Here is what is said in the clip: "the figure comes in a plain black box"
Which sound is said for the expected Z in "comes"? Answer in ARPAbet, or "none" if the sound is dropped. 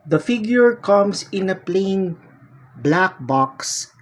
S